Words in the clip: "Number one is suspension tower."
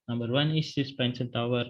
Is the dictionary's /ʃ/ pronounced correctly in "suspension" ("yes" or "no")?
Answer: no